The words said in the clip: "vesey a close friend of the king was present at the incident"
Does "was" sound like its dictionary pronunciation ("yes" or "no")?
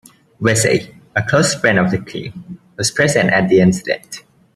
no